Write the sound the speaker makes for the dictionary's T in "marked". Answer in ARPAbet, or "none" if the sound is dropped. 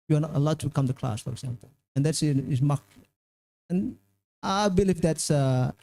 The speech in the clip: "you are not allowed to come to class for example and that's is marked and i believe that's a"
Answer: none